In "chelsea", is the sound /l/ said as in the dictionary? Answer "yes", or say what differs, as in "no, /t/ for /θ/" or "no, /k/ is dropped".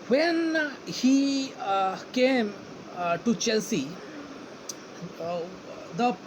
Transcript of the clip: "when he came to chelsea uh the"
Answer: yes